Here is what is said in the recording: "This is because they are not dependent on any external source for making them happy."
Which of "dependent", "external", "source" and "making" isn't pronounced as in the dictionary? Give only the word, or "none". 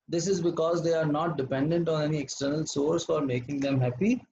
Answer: none